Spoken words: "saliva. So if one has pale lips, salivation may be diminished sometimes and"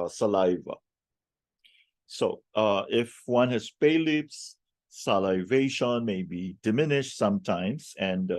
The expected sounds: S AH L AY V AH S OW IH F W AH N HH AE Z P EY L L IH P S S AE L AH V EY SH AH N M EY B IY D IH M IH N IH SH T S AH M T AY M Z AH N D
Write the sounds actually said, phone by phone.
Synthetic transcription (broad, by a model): S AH L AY V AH S OW IH F W AH N HH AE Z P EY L L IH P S S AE L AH V EY SH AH N M EY B IY D IH M IH N IH SH T S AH M T AY M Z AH N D